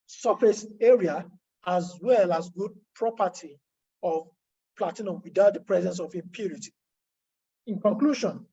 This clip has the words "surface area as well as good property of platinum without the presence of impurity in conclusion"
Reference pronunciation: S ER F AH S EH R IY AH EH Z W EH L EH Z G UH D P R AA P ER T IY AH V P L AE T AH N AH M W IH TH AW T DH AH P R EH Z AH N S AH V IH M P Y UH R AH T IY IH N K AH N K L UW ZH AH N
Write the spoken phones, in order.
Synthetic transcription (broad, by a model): S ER F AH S EH R IY AH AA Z W EH L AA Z G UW D P R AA P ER T IY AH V P L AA T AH N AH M W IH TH AW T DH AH P R EH Z AH N S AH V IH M P Y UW R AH T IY IH N K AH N K L UW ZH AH N